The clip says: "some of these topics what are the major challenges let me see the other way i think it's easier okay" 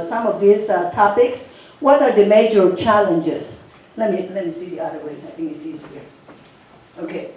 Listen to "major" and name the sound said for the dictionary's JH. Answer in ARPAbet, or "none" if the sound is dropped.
JH